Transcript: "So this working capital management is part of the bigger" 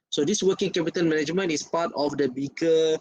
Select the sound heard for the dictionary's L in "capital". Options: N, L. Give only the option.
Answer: N